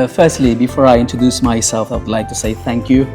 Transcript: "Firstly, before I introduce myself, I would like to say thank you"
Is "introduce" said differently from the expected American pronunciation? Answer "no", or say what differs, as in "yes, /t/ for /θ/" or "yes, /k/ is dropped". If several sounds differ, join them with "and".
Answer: no